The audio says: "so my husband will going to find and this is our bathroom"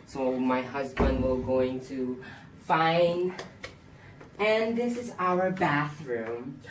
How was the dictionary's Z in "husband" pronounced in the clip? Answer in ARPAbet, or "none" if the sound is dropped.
Z